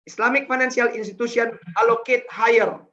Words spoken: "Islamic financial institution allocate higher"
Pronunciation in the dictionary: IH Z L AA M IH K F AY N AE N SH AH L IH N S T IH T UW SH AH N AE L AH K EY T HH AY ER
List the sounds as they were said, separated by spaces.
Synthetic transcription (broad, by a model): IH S L AA M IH K F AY N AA N S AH L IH N S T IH T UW S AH N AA L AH K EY T HH AY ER